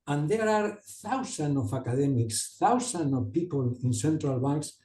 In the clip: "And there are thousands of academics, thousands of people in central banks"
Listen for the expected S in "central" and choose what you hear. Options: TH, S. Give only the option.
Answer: S